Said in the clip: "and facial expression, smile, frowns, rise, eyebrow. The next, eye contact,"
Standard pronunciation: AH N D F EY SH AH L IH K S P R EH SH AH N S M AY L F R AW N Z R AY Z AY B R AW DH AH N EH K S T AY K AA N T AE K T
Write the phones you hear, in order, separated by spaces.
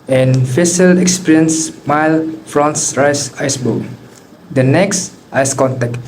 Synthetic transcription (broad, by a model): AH N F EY S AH L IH K S P R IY AH N S M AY L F R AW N S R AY S AY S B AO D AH N EH K S T AY K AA N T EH K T